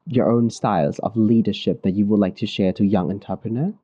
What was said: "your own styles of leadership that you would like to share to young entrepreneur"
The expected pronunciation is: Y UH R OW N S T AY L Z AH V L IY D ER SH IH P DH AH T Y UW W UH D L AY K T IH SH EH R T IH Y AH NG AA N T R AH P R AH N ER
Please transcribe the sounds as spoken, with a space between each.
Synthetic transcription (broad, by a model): Y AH R OW N S T AY L Z AH V L IY D ER SH IH P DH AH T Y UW W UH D L AY K T IH SH EH R T IH Y AH NG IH N T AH P R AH N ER